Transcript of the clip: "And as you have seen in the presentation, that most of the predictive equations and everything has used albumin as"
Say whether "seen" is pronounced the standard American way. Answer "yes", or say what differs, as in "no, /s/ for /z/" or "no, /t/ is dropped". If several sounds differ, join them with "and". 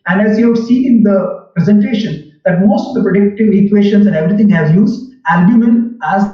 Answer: no, /n/ is dropped